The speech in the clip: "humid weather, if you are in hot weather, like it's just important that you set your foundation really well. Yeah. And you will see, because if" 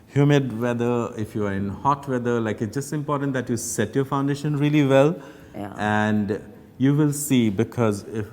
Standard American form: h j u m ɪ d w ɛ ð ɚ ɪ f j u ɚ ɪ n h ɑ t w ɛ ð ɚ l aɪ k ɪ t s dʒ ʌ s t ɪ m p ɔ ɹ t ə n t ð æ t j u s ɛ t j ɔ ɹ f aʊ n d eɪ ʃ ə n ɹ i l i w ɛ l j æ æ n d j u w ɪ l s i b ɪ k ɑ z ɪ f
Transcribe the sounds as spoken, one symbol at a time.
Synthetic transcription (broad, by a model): h j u m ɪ d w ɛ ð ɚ ɪ f j u ɚ ɪ n h ɑ t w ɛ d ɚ l aɪ k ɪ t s dʒ ʌ s t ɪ m p ɔ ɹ t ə n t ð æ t j u s ɛ t j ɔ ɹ f aʊ n d eɪ ʃ ə n ɹ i l i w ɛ l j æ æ n d j u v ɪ l s i b ɪ k ɑ z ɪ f